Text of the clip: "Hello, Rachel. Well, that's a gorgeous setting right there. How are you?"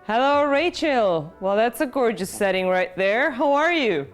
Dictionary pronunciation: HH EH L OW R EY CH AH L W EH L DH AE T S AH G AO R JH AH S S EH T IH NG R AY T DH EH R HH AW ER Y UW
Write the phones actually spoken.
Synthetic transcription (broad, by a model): HH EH L OW R EY CH AH L W EH L DH AE T S AH G AO R JH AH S S EH T IH NG R AY T DH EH R HH AW ER Y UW